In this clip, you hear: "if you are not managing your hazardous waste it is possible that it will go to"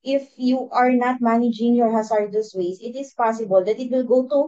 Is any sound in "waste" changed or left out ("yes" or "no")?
yes